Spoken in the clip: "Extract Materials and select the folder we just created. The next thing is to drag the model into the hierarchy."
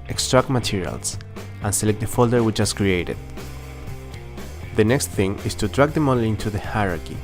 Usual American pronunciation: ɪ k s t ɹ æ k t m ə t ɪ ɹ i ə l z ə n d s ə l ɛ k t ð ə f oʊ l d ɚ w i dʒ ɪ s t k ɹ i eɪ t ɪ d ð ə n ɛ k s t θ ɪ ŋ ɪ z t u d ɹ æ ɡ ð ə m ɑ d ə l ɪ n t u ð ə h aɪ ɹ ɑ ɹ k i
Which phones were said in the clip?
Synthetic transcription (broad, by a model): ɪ k s t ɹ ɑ k t m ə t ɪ ɹ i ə l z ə n s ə l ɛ k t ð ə f oʊ l d ɚ w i tʃ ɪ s k ɹ i eɪ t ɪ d ð ə n ɛ k s t θ ɪ ŋ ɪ s t u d ɹ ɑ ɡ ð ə m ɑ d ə l ɪ n t u ð ə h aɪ ɹ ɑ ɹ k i